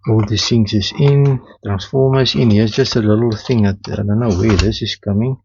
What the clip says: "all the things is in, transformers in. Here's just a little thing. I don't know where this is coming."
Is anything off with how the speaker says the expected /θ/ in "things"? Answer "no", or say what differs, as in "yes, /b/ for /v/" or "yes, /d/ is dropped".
yes, /s/ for /θ/